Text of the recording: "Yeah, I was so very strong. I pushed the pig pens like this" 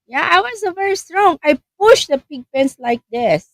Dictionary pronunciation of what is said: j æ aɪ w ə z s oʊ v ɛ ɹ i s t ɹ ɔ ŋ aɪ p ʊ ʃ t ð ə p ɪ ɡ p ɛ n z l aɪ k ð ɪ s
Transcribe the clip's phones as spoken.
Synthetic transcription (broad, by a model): j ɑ aɪ w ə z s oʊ v ɛ ɹ i s t ɹ ɔ ŋ aɪ p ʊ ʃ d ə p ɪ ɡ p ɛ n s l aɪ k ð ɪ s